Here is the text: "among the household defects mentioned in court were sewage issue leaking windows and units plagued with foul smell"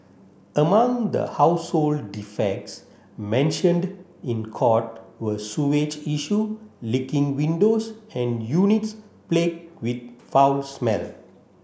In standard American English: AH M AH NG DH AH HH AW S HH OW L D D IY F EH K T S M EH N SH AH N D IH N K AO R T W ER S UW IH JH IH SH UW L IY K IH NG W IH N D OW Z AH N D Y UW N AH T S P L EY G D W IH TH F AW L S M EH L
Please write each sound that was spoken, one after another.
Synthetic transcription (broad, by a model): AH M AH NG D AH HH AW S HH OW L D D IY F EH K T S M EH N SH AH N D IH N K AO T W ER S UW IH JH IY SH UW L IY K IH NG W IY N D OW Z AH N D Y UW N AH T S P L EY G W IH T F AW L S M EH L